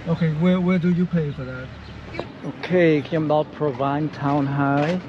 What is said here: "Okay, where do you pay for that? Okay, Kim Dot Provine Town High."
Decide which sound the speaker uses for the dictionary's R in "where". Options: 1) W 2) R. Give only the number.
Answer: 1